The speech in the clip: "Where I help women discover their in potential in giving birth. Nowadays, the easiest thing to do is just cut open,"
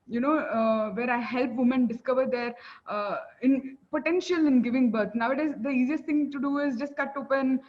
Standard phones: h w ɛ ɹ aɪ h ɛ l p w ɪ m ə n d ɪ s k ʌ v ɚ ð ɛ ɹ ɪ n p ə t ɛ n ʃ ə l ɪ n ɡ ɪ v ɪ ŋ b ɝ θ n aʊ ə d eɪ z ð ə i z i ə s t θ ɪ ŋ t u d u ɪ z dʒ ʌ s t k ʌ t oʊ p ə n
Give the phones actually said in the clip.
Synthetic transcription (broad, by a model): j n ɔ ɹ aɪ h ɛ l p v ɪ m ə n d ɪ s k ʌ v ɚ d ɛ ɹ ɪ n p ə t ɛ n ʃ ə l ɪ n ɡ ɪ v ɪ ŋ b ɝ t n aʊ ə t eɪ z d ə i z i ə s t t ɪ ŋ t u d u ɪ z dʒ ʌ s t k ʌ t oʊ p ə n